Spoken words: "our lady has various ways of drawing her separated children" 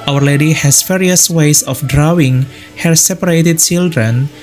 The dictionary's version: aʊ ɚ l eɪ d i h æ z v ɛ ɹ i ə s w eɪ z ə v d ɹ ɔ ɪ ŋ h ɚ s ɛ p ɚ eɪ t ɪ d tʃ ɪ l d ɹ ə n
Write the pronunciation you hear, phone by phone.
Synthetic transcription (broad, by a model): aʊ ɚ l eɪ d i h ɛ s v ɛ ɹ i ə s w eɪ s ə f d ɹ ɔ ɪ ŋ h ɚ s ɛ p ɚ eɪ t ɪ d tʃ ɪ l d ɹ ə n